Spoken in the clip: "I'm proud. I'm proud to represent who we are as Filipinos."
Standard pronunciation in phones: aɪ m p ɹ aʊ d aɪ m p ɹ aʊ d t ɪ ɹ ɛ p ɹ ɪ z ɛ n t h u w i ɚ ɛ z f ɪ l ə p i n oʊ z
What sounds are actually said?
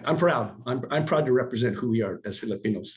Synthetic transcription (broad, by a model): aɪ m p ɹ aʊ d aɪ m p ɹ aʊ d t ɪ ɹ ɛ p ɹ ɪ z ɛ n t h u w i ɚ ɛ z f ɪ l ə p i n oʊ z